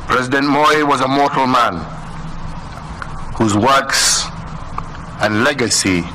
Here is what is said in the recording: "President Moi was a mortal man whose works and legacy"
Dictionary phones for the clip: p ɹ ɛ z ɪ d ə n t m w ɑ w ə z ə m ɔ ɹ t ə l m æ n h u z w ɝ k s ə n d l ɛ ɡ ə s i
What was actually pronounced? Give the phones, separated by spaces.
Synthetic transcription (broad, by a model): p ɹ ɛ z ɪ d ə n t m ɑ w ə z ə m ɔ ɹ t ə l m æ n h u z w ɝ k s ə n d l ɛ ɡ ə s i